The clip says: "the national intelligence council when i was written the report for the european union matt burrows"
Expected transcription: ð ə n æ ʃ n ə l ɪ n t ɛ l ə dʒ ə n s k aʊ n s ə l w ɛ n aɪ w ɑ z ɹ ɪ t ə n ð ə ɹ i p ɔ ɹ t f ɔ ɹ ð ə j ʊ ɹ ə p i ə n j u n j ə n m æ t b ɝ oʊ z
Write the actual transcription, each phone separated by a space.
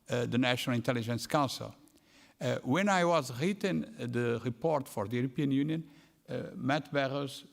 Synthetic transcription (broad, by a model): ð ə n æ ʃ n ə l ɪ n t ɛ l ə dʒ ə n s k aʊ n s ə l w ɛ n aɪ w ɑ z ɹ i t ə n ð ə ɹ i p ɔ ɹ t f ɔ ɹ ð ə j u ɹ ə p i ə n j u n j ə n m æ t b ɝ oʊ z